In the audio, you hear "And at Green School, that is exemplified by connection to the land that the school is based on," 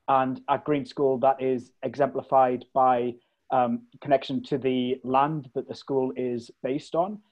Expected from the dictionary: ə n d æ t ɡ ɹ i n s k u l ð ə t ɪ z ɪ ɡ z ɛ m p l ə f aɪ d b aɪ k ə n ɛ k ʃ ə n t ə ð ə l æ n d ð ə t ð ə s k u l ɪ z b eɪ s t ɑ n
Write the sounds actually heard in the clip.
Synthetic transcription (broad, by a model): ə n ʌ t ɡ ɹ i n s k u l ð ə t ɪ z ɪ ɡ z ɛ m p l ə f aɪ d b aɪ k ə n ɛ k ʃ ə n t ə ð ə l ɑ n ð ə t ð ə s k u l ɪ z b eɪ s t n